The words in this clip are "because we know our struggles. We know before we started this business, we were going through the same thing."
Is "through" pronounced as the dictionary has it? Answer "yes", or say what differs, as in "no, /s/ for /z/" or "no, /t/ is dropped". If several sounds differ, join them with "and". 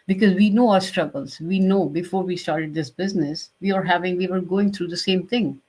no, /t/ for /θ/